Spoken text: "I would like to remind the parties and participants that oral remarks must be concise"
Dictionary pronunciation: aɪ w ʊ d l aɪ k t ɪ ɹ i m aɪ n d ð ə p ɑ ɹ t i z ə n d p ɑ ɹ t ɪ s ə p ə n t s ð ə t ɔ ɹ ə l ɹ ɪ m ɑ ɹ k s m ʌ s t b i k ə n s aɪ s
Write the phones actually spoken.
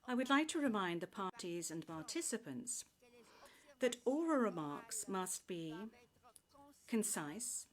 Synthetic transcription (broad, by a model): aɪ w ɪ d l aɪ k t ɪ ɹ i m aɪ n ð ə p ɑ ɹ t i z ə n p ɑ ɹ t ɪ s ə p ə n t s ð ə t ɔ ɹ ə ɹ ɪ m ɑ ɹ k s m ʌ s t b i k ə n s aɪ s